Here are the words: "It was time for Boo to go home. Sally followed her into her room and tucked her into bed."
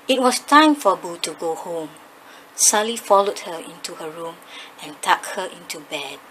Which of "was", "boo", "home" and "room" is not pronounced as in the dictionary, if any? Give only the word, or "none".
was